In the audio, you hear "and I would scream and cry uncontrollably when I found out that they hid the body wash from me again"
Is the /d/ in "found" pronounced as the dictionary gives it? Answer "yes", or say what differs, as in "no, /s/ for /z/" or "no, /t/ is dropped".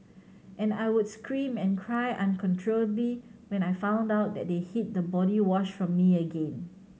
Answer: yes